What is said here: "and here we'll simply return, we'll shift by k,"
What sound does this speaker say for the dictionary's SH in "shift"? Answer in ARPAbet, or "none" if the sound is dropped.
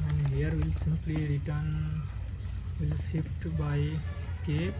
S